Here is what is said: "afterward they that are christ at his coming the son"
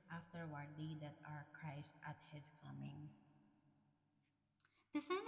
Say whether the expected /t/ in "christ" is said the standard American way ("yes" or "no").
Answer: yes